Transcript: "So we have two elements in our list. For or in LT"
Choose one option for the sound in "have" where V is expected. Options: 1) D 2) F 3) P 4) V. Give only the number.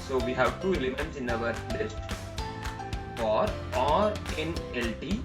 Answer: 4